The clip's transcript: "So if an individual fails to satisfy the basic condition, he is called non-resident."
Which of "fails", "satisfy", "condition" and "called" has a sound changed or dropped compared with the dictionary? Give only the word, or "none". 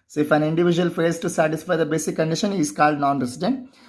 fails